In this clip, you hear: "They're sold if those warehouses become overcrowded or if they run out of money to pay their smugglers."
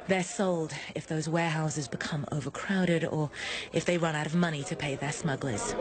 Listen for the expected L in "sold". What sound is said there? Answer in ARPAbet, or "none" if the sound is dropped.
L